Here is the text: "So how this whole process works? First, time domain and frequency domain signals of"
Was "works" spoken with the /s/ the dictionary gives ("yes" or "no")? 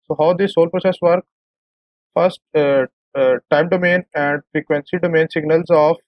no